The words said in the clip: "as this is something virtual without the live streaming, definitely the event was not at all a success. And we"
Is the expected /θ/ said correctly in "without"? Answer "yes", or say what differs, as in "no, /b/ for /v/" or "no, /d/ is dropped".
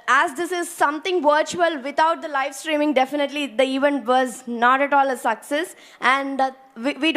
no, /t/ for /θ/